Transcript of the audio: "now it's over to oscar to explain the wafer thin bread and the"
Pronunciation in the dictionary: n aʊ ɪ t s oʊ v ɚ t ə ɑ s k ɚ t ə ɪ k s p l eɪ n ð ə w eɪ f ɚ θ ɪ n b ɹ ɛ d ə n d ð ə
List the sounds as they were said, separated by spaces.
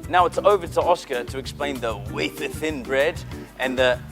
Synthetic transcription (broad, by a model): n aʊ ɪ t s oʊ v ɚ t ə ɑ s k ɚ t ə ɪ k s p l eɪ n ð ə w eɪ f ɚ θ ɪ n b ɹ ɛ d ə n ð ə